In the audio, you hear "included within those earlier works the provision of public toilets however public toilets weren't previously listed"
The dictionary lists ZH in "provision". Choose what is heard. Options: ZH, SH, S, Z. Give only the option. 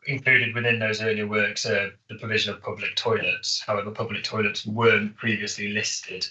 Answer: ZH